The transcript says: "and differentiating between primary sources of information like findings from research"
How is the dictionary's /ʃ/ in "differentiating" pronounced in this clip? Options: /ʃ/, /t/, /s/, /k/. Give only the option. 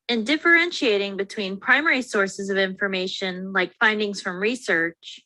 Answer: /ʃ/